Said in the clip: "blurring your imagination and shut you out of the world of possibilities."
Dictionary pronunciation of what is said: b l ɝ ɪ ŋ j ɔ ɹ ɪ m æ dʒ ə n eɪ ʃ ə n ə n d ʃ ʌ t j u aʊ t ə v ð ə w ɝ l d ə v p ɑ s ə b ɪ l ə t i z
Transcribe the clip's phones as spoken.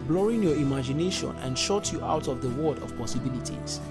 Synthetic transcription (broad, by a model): b l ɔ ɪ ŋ j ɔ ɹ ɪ m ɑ dʒ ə n eɪ ʃ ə n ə n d ʃ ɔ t j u aʊ t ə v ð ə w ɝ d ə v p ɑ s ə b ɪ l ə t i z